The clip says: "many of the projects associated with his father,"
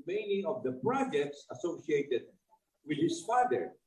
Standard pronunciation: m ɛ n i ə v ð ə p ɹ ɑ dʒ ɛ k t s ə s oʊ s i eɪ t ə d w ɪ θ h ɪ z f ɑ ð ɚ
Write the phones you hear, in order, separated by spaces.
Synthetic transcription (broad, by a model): m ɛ n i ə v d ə p ɹ ɑ dʒ ɛ k t s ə s oʊ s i eɪ t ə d w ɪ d h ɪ s f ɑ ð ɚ